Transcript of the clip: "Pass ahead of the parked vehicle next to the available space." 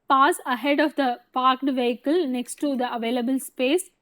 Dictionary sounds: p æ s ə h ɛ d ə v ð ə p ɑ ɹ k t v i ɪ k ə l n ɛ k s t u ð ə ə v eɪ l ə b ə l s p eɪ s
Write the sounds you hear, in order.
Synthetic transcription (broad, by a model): p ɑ s ə h ɛ d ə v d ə p ɑ ɹ k t v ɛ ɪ k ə l n ɛ k s t u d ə ə v eɪ l ə b ə l s p eɪ s